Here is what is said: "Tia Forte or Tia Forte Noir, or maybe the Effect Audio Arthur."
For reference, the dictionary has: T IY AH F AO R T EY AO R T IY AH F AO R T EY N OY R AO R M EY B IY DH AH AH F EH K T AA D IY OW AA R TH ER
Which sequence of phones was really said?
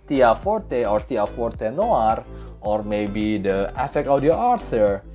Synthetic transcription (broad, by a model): T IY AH F AO R T EY AO R T IY AH F AO R T EY N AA R AO R M EY B IY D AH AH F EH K AA D IY OW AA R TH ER